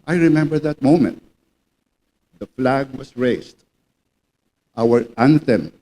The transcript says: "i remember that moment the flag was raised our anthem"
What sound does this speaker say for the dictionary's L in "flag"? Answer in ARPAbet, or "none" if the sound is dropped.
L